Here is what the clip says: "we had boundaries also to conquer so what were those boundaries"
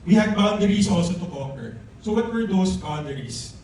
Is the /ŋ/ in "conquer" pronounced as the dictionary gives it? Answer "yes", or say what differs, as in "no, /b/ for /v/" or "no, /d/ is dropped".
no, /ŋ/ is dropped